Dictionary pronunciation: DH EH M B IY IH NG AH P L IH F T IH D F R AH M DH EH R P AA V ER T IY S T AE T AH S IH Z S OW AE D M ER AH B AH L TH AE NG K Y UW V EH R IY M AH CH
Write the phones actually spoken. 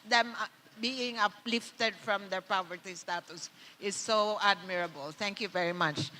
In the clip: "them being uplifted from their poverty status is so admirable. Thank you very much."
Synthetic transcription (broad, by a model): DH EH M B IY IH NG AH P L IH F T IH D F R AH M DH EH R P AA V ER T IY S T AE T AH S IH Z S OW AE D M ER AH B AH L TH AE NG K Y UW V EH R IY M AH CH